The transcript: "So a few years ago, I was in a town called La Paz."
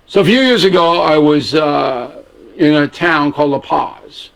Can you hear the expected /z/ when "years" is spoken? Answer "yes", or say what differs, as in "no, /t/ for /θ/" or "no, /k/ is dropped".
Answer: yes